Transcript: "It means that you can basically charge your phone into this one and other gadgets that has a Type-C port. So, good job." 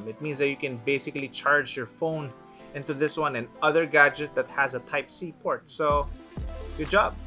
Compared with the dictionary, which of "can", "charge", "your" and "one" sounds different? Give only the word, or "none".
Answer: none